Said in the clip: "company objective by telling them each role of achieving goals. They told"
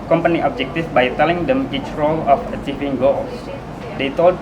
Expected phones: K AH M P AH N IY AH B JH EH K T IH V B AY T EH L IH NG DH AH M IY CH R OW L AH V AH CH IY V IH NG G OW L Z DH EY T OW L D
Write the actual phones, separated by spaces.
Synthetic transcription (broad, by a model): K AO M P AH N IY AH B JH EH K T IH F B AY T EH L IH NG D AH M IY CH R OW L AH F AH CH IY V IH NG G OW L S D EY T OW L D